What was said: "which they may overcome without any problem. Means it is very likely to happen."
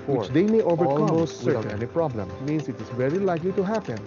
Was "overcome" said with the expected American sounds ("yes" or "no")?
no